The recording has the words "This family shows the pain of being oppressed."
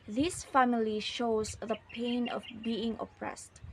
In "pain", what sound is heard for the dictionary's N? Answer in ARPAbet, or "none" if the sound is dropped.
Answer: N